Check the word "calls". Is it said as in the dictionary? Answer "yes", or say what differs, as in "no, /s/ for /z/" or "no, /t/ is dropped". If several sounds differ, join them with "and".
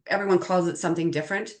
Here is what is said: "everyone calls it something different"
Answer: yes